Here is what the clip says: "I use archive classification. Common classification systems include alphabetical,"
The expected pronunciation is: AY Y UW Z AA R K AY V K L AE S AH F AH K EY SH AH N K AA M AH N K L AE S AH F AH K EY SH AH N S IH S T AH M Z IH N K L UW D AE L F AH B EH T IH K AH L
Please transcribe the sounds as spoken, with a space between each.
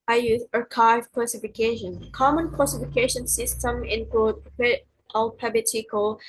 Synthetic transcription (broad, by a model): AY Y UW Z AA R K AY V K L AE S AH F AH K EY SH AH N K AA M AH N K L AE S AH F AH K EY SH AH N S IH S T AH M IH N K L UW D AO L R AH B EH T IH K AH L